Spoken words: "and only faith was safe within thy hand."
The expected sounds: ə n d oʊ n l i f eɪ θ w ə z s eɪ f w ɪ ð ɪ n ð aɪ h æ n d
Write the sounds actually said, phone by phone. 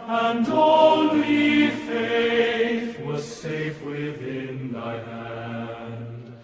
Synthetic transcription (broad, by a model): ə n d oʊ l l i f eɪ θ w ə z s eɪ f w ɪ ð ɪ n ð aɪ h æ n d